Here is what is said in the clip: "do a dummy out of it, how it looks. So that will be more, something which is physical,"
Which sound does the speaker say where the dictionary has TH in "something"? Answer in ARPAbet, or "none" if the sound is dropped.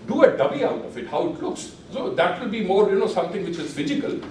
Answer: T